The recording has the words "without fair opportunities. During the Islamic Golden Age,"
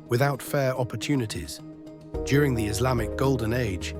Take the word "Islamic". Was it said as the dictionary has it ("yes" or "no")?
yes